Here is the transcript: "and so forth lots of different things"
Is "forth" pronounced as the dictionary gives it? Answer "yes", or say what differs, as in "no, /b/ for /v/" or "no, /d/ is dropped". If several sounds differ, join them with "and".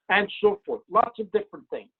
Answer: yes